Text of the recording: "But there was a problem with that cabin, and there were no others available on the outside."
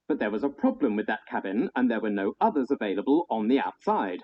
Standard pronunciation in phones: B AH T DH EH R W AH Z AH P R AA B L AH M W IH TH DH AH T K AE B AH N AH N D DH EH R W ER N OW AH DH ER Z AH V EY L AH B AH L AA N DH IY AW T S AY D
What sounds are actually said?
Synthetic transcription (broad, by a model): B AH T DH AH R W AH Z AH P R AA B L AH M W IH DH AH T K AE B AH N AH N DH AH R W ER N OW AH DH ER Z AH V EY L AH B AH L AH N DH IY AW T S AY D